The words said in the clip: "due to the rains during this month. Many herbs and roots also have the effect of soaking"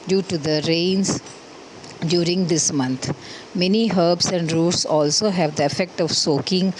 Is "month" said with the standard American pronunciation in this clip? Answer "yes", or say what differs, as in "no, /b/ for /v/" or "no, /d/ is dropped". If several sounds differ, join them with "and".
no, /t/ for /θ/